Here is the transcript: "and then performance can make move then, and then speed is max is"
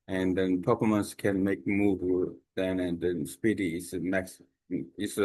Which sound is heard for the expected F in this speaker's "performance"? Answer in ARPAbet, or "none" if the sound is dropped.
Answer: P